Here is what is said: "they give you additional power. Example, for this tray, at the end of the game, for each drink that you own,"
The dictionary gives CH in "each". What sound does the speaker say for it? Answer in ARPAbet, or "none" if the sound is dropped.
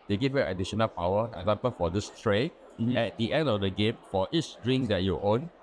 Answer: S